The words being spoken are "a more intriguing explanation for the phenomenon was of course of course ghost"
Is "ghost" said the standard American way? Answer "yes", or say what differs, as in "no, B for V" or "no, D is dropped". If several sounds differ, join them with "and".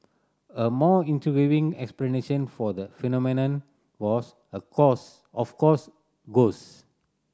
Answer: no, T is dropped